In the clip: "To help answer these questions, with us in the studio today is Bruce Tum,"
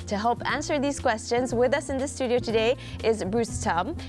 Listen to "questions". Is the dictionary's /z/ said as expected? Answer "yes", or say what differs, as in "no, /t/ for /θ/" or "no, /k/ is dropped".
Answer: yes